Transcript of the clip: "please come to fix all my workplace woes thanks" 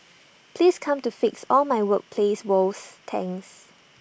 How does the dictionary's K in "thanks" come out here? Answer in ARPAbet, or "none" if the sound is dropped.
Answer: none